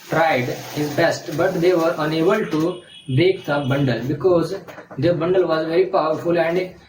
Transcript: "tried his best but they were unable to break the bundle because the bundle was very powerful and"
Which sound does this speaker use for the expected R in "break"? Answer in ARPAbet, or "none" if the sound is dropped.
none